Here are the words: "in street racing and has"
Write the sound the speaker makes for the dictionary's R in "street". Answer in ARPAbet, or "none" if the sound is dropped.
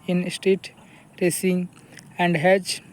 none